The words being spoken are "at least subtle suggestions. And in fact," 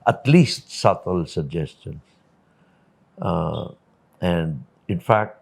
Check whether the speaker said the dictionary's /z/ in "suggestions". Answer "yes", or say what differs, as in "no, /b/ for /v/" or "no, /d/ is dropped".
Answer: no, /s/ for /z/